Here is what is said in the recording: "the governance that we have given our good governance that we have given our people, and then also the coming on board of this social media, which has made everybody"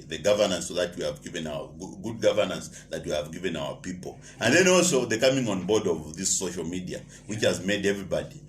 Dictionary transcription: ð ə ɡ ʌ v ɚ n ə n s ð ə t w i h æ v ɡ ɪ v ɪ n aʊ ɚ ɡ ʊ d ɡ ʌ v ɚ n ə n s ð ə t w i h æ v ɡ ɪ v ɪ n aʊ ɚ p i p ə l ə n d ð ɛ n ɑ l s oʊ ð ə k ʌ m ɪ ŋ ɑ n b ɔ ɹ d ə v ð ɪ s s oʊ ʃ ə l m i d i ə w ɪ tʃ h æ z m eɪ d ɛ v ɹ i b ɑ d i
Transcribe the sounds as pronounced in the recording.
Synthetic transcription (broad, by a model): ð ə ɡ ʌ v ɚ n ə n s ð ə t w i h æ v ɡ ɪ v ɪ n aʊ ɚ ɡ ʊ d ɡ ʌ v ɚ n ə n s ð ə t w i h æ v ɡ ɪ v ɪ n aʊ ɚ p i p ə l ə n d ð ɛ n ɑ l s oʊ ð ə k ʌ m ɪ ŋ ɑ n b ɔ ɹ d ə v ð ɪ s s oʊ ʃ ə l m i d i ə w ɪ tʃ h æ z m eɪ d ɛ v ɹ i b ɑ d i